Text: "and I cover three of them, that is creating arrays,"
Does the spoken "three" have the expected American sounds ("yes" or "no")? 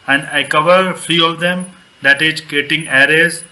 no